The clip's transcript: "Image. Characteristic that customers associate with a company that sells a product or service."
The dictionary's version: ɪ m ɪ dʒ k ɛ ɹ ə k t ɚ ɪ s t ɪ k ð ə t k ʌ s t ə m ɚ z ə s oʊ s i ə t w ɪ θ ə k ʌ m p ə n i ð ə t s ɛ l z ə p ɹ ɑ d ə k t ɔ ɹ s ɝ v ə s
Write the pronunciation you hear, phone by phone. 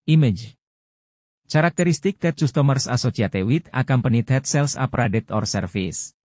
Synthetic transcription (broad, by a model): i m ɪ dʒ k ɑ ɹ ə k t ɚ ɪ s t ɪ k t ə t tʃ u s t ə m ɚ s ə s oʊ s i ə t w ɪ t ə k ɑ m p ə n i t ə t s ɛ l s ə p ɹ ɑ d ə t ɔ ɹ s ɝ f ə s